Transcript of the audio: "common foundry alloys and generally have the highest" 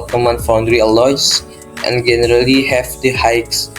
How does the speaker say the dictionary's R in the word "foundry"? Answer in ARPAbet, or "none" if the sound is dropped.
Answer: R